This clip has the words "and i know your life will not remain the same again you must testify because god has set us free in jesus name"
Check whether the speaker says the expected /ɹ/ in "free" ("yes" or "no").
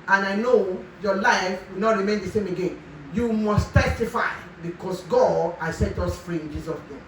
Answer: yes